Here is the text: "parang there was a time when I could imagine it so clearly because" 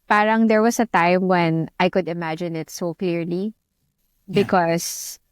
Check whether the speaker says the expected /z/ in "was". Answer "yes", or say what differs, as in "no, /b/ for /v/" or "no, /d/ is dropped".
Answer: no, /s/ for /z/